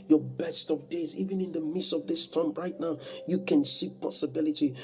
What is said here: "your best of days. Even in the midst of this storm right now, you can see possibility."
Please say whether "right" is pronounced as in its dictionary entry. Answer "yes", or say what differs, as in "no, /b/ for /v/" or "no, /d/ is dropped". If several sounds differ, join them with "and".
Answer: yes